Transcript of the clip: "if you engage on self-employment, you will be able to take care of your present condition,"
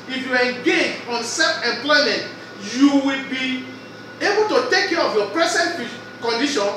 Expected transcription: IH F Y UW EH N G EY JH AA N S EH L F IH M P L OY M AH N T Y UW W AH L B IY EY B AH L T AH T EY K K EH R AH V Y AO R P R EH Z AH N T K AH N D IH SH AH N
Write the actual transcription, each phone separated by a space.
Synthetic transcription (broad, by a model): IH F Y UW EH G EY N AA N S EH F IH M P L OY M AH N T Y UW W AH L B IY EY B AH L T AH T EY K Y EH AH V Y AO P R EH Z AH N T K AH N D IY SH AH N